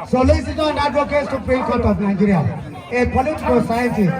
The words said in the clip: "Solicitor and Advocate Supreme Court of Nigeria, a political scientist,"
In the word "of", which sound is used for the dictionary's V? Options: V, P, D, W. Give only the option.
P